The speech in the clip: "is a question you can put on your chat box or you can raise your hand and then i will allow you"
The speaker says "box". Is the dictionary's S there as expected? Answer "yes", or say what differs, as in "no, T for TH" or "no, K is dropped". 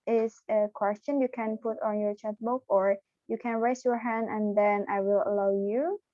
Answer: no, S is dropped